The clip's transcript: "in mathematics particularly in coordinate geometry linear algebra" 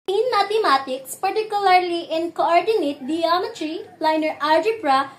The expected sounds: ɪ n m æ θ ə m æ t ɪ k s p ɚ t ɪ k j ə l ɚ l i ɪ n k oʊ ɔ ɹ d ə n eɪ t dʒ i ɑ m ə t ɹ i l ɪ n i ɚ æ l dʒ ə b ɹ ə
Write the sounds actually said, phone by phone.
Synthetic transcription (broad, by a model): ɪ n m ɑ t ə m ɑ t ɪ k s p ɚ t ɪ k j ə l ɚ l i ɪ n k oʊ ɔ ɹ d ə n eɪ t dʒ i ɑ m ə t ɹ i l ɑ n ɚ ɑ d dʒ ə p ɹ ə